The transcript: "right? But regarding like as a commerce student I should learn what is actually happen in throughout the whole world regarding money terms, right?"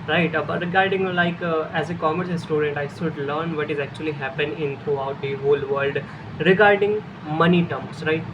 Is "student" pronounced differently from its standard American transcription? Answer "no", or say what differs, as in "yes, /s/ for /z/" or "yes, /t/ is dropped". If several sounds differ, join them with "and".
no